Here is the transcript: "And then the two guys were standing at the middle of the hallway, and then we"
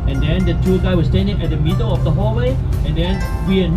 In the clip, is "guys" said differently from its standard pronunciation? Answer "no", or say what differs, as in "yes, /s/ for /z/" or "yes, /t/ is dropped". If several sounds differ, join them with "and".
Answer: yes, /z/ is dropped